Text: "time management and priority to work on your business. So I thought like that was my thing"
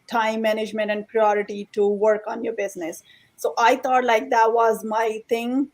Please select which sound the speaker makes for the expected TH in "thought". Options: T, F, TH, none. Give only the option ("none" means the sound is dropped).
T